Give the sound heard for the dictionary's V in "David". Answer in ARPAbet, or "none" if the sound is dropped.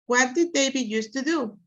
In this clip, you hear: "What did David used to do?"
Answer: B